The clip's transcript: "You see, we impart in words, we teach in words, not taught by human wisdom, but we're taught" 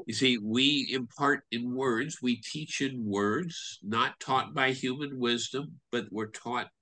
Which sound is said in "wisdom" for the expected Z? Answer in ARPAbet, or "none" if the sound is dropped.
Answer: Z